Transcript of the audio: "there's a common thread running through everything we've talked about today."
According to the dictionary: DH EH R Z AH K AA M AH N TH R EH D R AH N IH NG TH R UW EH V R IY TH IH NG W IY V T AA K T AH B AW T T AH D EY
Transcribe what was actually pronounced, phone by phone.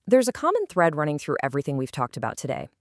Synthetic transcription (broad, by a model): DH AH R Z AH K AA M AH N TH R EH D R AH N IH NG TH R UW EH V R IY TH IH NG W IY V T AA K T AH B AW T T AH D EY